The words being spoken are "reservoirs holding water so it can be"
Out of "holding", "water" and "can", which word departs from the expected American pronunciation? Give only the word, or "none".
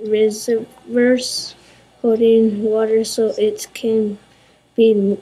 holding